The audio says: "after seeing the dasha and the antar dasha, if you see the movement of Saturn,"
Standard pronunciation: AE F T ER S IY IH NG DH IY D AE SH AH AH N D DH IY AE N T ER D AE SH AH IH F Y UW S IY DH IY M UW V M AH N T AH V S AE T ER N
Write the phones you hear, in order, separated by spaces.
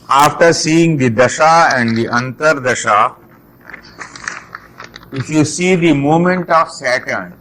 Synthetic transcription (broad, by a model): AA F T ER S IY IH NG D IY D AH SH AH AH N D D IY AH N T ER D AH SH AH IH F Y UW S IY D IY M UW M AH N T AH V S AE T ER N